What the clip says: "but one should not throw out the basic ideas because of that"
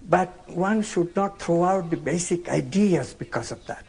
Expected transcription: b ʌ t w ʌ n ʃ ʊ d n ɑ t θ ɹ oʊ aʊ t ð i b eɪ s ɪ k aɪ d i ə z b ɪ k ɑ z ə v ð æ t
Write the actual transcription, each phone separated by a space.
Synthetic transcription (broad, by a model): b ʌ t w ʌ n ʃ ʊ d n ɑ t t ɹ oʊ aʊ t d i b eɪ s ɪ k aɪ d i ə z b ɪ k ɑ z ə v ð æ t